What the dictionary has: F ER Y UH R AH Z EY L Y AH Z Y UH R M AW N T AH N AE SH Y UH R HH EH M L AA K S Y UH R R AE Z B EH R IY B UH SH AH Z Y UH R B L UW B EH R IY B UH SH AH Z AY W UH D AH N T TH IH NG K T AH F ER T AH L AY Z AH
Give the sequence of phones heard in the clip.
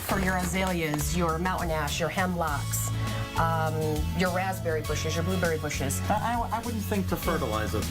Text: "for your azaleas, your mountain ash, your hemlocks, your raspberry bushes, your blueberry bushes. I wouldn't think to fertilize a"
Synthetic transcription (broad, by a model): F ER Y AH R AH Z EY L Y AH Z Y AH R M AW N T N AE SH Y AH R HH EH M L AA K S Y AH R R AE Z B EH R IY B UH SH AH Z Y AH R B L UW B EH R IY B UH SH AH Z AY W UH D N TH IH NG K T AH F ER T AH L AY Z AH